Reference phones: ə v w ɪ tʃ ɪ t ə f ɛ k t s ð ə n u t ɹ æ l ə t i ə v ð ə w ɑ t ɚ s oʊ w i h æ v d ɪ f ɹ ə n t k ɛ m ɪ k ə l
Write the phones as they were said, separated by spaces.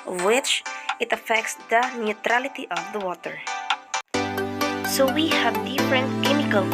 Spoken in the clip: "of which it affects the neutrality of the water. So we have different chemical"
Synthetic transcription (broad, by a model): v w ɪ tʃ ɪ t ə f ɛ k t s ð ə n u t ɹ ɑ l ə t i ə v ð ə w ɑ t ɚ s oʊ w i h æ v d ɪ f ɹ ə n t k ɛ m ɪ k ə l